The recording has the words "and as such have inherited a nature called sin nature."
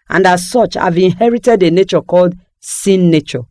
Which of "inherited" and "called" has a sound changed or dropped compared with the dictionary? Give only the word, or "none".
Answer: none